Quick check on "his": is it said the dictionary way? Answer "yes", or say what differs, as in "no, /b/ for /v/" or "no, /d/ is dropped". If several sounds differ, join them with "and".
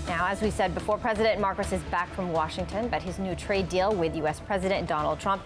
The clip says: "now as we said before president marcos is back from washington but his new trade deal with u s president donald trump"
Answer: yes